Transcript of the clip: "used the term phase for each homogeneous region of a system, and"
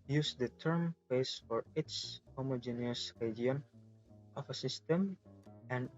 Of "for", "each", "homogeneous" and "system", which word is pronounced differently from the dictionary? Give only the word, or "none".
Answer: each